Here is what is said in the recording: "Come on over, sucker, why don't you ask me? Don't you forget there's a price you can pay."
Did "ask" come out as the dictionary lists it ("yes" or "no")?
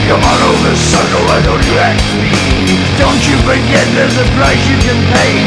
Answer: no